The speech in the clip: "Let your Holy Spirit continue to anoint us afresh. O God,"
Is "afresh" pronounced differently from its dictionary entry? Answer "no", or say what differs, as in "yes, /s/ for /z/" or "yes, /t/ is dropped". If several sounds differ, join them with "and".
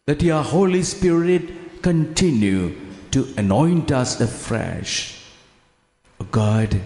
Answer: no